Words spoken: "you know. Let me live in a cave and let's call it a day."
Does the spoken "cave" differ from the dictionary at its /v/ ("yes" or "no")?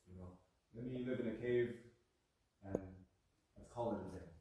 no